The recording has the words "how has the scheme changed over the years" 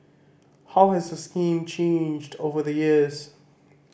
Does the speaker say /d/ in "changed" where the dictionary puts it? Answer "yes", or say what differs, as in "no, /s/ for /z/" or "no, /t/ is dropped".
yes